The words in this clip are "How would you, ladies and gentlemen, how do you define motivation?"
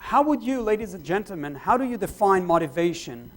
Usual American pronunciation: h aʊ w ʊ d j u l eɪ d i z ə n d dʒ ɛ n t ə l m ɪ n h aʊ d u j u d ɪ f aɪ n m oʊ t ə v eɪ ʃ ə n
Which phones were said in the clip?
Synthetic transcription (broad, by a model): h aʊ w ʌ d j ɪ l eɪ d i z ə n dʒ ɛ n t l m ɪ n h aʊ d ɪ j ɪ d ɪ f aɪ n m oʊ t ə v eɪ ʃ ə n